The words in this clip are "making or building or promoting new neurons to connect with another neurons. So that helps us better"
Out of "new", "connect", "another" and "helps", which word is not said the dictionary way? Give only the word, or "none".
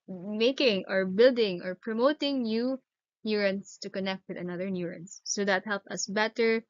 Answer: helps